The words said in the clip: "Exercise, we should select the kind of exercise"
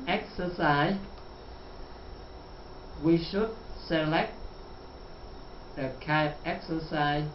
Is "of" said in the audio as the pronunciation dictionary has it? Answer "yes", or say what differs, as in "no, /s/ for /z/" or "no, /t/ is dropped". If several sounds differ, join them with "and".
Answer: no, /p/ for /v/